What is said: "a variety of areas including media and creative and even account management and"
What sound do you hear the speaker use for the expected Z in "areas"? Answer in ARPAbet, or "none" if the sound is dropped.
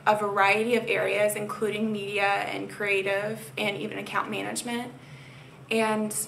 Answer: Z